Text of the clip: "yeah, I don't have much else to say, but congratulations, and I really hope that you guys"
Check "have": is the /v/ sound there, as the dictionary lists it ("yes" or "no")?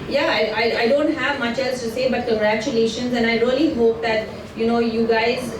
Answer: yes